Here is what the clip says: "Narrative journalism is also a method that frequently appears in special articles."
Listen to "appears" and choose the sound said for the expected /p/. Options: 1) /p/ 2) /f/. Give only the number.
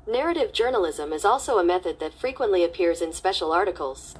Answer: 1